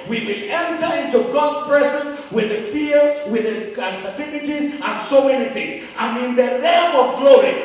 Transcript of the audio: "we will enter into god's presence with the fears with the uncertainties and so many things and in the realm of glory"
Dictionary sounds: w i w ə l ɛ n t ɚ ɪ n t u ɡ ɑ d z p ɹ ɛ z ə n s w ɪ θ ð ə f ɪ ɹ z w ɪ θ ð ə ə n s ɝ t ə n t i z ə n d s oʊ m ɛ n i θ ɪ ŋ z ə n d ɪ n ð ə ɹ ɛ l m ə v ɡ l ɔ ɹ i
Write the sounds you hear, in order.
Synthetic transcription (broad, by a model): w i w ə l ɛ n t ɚ ɪ n t u ɡ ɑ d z p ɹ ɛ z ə n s w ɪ ð ə f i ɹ w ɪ ð ə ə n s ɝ t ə l t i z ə n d s oʊ m ɛ n i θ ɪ ŋ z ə n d ɪ n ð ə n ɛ m ə v ɡ l ɔ ɹ i